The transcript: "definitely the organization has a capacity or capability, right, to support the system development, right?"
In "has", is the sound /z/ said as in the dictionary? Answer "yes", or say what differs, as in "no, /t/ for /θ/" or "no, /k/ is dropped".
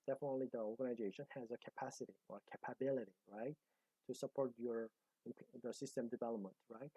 yes